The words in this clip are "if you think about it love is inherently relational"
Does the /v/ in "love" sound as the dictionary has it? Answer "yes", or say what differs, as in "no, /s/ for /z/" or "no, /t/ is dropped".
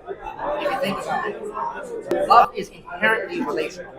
no, /v/ is dropped